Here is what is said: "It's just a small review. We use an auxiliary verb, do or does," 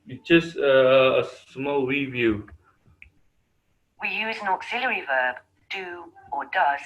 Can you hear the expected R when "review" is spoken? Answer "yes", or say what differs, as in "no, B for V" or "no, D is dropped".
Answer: no, W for R